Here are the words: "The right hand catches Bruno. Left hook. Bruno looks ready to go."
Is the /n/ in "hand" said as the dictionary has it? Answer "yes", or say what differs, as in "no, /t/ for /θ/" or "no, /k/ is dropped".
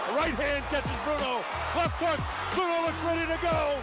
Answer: yes